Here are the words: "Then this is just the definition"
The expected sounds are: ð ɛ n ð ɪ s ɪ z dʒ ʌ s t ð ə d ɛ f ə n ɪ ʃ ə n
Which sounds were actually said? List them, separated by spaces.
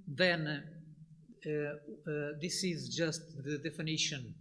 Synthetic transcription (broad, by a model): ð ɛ n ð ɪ s ɪ z dʒ ʌ s t ð ə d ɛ f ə n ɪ ʃ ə n